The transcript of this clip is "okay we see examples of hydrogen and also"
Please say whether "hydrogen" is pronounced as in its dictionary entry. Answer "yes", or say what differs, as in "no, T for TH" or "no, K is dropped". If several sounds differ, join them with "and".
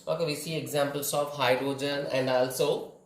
yes